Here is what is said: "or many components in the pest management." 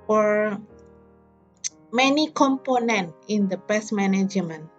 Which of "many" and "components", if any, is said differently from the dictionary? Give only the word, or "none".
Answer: components